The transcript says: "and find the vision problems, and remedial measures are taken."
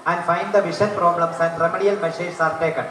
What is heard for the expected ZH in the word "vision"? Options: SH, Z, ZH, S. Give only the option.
SH